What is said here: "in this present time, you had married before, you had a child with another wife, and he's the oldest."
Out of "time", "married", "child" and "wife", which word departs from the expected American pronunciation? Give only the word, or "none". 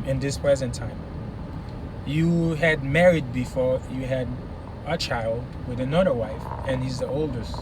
none